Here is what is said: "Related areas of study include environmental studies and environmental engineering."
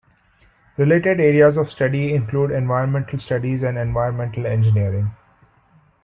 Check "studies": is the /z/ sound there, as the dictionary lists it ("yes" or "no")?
yes